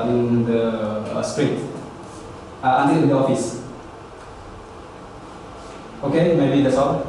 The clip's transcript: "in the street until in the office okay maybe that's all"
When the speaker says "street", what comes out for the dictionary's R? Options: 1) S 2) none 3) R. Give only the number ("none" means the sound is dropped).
3